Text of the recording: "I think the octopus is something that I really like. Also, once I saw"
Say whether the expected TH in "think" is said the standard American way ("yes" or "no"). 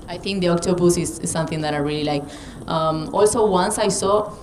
no